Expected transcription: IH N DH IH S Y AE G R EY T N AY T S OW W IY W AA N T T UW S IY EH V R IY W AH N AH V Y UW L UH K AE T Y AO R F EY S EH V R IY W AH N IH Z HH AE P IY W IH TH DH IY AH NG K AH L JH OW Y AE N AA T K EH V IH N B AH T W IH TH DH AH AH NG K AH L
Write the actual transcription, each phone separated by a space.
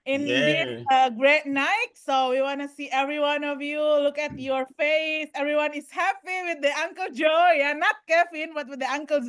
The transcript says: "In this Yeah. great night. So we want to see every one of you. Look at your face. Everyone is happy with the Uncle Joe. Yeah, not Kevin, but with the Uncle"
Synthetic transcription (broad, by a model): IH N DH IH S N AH G R EY T N AY T S OW W IY W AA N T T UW S IY EH V R IY W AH N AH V Y UW L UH K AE T Y AO R F EY S EH V R IY W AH N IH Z HH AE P IY W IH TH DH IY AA NG K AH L JH OW Y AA N AA T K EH P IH N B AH T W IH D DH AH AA NG K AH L